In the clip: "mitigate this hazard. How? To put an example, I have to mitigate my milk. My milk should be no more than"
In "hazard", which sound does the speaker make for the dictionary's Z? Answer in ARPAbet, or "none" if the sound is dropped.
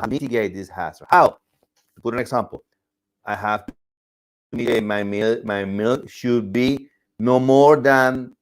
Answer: S